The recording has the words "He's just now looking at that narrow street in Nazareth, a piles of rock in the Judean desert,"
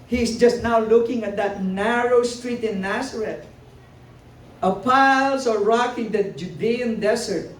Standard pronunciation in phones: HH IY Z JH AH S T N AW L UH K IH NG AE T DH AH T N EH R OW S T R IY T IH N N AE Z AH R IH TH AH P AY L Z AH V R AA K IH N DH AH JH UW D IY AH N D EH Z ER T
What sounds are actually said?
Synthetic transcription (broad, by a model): HH IY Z JH AH S T N AW L UH K IH NG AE T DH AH T N EH R OW S T R IY T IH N N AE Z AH R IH T AH P AY L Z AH R AA K IH N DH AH JH UW D IY AH N D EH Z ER T